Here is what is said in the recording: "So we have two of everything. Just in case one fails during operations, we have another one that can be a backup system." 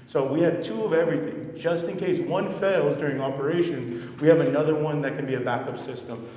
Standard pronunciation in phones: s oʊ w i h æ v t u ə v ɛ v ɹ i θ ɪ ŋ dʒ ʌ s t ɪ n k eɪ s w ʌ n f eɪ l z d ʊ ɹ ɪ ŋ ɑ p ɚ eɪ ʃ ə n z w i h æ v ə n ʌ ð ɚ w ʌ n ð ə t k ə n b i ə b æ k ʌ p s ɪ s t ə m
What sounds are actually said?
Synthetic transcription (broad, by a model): s oʊ w i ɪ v t u ə v ɛ v ɹ i θ ɪ ŋ dʒ ʌ s t ɪ n k eɪ s w ʌ n f eɪ l z d ʊ ɹ ɪ ŋ ɑ p ɚ eɪ ʃ ə n z w i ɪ v ə n ʌ ð ɚ w ʌ n ð ə t k ə n b i ə b æ k ʌ p s ɪ s t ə m